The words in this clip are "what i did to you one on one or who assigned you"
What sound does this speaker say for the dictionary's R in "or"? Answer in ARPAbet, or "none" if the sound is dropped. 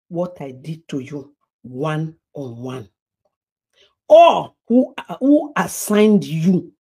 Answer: L